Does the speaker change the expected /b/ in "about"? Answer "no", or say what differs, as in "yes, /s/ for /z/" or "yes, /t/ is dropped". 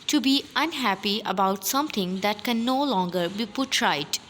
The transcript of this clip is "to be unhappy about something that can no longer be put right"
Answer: no